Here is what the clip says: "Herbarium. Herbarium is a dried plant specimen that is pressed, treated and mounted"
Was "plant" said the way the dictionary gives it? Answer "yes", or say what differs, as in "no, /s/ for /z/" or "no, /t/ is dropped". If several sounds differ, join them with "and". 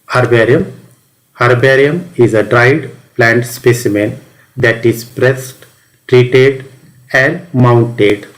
yes